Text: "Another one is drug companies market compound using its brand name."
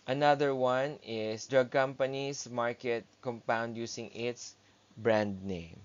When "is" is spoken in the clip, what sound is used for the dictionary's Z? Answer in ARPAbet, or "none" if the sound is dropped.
S